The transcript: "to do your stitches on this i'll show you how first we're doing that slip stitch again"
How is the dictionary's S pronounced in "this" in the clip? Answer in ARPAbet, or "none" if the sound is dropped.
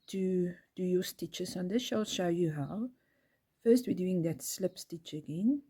SH